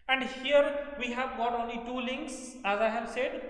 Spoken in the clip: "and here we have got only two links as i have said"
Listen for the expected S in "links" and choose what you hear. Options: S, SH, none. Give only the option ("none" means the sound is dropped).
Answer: S